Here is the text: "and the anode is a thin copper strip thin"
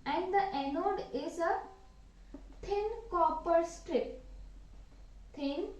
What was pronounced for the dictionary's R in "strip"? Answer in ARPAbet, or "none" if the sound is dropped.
R